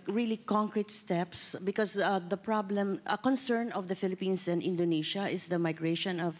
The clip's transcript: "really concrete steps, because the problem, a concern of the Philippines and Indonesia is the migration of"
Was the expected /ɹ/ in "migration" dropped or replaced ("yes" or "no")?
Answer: no